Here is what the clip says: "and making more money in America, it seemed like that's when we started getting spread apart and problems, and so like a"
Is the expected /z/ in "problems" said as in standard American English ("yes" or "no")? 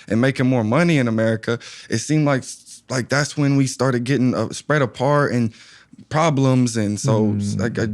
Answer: yes